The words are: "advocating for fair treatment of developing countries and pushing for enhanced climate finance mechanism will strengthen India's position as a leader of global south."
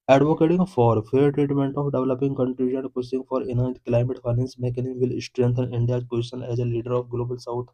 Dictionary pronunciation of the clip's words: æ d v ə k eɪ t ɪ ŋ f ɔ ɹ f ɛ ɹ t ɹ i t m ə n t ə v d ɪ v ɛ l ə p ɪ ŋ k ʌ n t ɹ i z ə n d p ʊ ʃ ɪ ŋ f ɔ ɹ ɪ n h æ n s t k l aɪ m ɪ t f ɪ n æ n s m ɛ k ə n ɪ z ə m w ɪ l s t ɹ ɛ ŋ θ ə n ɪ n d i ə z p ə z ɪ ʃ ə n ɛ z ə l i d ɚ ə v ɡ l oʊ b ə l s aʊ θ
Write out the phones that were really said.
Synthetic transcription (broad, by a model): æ d v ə k eɪ t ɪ ŋ f ɔ ɹ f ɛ ɹ t ɹ i t m ə n t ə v d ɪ v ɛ l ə p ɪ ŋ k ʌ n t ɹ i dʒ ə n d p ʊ s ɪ ŋ f ɔ ɹ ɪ n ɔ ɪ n t k l aɪ m ɪ t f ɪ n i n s m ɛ k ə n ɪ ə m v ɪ l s t ɹ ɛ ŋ t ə n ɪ n d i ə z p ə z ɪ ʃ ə n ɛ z ə l i d ɚ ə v ɡ l oʊ b ə l s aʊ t